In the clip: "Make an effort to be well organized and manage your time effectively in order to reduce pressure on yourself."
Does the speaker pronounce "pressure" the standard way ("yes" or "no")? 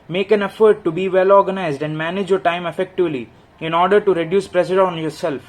no